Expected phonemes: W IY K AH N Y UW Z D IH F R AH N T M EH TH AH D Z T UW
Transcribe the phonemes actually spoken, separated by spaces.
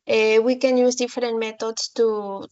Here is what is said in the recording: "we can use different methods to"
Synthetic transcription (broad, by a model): W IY K AH N Y UW Z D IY F R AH N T M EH T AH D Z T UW